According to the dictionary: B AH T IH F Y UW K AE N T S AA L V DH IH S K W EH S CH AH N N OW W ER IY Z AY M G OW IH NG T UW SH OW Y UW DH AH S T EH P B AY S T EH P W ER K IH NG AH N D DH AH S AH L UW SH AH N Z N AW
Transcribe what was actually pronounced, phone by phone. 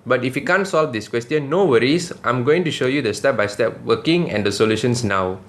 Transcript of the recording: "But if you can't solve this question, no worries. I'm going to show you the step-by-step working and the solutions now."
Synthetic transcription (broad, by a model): B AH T IH F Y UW K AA N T S AA L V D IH S K W EH S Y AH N N OW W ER IY S AY M G OW IH NG T UW SH OW Y UW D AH S T EH P B AY S T EH P W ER K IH NG AH N D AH S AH L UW SH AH N S N AW